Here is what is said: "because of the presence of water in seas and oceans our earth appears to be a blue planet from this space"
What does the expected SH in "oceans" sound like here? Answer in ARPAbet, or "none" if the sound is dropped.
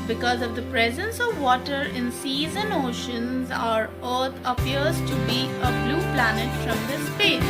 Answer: SH